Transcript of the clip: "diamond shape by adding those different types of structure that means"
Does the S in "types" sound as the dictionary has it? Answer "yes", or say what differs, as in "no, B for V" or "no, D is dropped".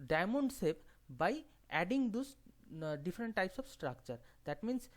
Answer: yes